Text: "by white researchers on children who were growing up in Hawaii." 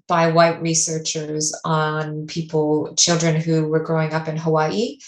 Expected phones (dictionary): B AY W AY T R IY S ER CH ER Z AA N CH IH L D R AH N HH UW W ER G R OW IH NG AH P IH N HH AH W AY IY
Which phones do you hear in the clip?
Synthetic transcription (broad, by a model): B AY W AY T R IY S ER CH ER Z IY L CH IH L D R AH N HH UW W ER G R OW IH NG AH P IH N HH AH W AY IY